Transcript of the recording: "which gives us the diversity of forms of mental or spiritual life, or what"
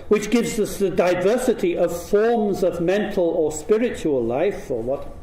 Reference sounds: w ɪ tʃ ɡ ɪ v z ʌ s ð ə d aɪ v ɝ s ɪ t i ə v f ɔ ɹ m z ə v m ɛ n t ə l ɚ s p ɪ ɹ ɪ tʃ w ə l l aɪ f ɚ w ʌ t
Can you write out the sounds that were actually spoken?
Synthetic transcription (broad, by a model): w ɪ tʃ ɡ ɪ v z ʌ s ð ə d aɪ v ɝ s ɪ t i ə v f ɔ ɹ m z ə v m ɛ n t l ɚ s p ɪ ɹ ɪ tʃ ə l l aɪ f ɚ w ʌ t